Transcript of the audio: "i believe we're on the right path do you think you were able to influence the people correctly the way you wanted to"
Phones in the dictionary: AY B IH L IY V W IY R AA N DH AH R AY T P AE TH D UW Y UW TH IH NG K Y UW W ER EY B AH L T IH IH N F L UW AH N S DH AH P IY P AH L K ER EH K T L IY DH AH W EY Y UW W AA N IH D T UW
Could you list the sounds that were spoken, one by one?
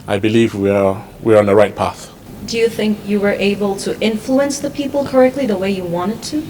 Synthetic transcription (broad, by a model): AY B IH L IY V W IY W AA N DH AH R AY T P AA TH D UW Y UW TH IH NG K Y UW W ER EY B AH L T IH IH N F L UW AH N S DH AH P IY P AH L K ER EH K T L IY DH AH W EY Y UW W AA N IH D T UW